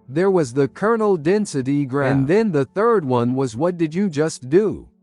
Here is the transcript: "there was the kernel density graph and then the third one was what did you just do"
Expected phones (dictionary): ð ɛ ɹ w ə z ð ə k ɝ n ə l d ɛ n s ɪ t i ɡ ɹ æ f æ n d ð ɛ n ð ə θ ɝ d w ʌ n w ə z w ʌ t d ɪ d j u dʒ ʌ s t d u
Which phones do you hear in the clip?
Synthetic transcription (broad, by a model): ð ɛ ɹ w ə z ð ə k ɝ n l d ɛ n s ɪ t i ɡ ɹ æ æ n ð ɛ n ð ə θ ɝ d w ʌ n w ə z w ʌ t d ɪ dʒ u dʒ ʌ s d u